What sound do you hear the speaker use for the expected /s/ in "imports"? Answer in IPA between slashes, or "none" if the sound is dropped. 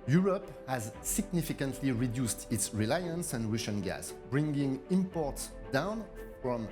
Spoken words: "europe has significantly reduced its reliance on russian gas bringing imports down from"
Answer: /s/